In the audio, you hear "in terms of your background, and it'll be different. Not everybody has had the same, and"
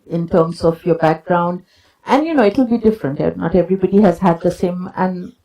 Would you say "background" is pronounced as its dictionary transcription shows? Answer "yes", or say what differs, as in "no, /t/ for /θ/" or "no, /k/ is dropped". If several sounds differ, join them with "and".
yes